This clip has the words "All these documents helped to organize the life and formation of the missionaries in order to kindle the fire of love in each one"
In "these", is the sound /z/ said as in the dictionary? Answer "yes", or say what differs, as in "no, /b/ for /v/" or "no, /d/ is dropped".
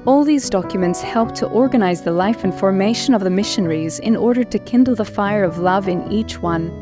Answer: yes